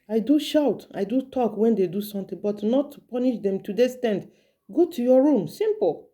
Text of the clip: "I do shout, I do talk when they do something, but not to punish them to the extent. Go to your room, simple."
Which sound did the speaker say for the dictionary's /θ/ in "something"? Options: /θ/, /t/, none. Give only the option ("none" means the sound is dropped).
/t/